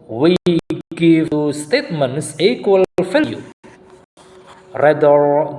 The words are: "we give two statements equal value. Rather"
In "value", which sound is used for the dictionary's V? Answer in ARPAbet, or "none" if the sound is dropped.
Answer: F